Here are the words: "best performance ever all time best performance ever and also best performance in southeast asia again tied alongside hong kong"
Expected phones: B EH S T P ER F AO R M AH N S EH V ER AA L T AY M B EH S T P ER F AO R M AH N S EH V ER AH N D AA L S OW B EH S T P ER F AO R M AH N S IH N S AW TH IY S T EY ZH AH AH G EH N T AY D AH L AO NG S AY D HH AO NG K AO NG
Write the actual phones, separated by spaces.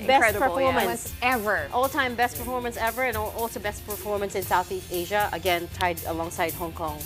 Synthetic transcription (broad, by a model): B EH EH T P ER F AO R M AH N S EH V ER AA L T AY M B EH S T P ER F AO R M AH N S EH V ER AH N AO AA L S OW B EH S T P ER F AO R M AH N S IH N S AW TH IY S T EY ZH AH AH G EH N T AY D AH L AO NG S AY D HH AO NG K AO NG